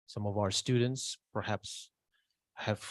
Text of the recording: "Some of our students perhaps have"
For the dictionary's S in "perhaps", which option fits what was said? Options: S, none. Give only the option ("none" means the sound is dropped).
S